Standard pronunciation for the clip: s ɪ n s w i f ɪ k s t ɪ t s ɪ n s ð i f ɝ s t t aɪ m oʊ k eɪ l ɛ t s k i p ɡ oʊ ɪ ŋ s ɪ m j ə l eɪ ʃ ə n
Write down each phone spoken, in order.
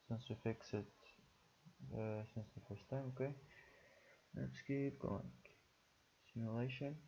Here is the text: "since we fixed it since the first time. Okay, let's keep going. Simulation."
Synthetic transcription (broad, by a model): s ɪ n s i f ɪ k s ɪ t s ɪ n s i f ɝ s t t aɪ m oʊ k eɪ n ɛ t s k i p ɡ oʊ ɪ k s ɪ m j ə l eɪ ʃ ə n